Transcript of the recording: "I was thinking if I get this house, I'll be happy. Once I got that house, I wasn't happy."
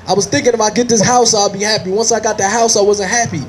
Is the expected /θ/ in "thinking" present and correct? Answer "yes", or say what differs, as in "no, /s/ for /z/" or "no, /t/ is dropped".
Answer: yes